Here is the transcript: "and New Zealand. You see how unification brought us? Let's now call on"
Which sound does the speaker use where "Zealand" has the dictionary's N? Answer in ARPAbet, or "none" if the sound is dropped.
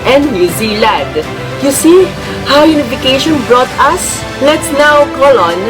none